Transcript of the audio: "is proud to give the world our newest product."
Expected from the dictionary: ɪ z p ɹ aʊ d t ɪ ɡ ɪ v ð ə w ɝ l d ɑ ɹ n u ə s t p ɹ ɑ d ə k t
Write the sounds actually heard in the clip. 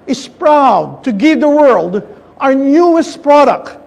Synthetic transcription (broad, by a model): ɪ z p ɹ aʊ d t ɪ ɡ ɪ v ð ə w ɝ l d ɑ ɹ n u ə s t p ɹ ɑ d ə k t